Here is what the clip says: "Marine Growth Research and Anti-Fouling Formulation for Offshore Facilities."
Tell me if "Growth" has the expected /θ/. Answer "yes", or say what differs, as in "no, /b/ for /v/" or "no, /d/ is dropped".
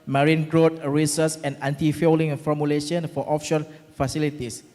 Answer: no, /t/ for /θ/